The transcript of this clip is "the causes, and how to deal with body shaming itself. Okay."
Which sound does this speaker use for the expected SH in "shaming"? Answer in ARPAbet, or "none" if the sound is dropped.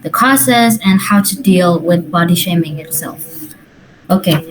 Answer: SH